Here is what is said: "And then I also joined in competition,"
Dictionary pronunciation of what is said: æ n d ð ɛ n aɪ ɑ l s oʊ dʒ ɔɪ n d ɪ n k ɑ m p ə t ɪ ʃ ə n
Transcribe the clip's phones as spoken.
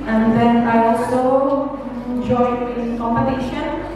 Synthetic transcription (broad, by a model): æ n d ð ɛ n aɪ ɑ l s oʊ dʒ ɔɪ d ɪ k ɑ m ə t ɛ ʃ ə n